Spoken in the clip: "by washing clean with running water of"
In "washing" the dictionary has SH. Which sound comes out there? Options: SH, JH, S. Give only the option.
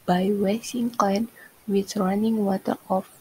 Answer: S